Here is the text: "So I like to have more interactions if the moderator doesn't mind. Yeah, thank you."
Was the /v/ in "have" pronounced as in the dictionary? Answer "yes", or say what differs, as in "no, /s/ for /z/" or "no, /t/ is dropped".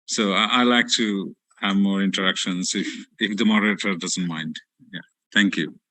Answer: yes